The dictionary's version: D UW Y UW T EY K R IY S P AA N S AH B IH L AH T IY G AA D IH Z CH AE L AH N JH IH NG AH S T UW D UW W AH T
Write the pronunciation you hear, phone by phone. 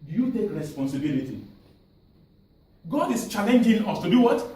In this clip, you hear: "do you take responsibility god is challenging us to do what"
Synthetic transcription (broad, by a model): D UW Y UW T EY K R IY S P AA N S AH B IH L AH T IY G AA D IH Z CH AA L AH N JH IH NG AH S T UW D UW W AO T